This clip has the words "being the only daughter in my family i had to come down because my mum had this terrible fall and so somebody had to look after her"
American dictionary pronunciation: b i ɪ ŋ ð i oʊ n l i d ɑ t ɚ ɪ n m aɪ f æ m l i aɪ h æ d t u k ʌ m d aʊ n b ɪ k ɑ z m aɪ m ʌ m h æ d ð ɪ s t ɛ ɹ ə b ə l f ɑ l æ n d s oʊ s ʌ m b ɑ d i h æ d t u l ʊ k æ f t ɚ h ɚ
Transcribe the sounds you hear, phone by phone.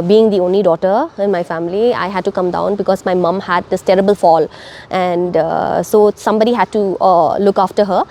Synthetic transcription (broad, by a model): b i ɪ ŋ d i oʊ n l i d ɑ t ɚ ɪ n m aɪ f æ m l i aɪ h æ d t u k ʌ m d aʊ n b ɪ k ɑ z m aɪ m ʌ m h æ d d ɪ s t ɛ ɹ ə b ə l f ɑ l æ n d s oʊ s ʌ m b ɑ d i h æ d t u l ʊ k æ f t ɚ h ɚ